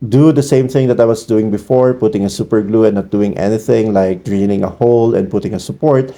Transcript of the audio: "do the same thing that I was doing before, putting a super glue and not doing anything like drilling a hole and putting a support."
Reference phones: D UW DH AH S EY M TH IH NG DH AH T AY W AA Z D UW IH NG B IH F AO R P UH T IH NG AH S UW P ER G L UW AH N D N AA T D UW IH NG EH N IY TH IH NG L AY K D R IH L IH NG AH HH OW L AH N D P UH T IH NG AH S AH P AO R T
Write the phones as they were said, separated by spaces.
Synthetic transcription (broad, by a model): D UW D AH S EY M TH IH NG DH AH T AY W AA S D UW IH NG B IH F AO R P UH T IH NG AH S UW P ER G L UW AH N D N AA T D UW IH NG EH N IY TH IH NG L AY K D R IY N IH NG AH HH OW L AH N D P UH T IH NG AH S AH P AO R T